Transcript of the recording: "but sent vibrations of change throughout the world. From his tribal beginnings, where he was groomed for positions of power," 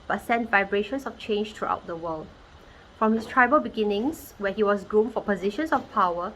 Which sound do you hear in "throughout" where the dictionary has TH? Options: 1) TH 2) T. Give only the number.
2